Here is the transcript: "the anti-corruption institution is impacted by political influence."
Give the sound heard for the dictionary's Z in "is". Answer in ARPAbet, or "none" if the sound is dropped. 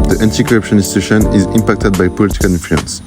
Z